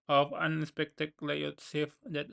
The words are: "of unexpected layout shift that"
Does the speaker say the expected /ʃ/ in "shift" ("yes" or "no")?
no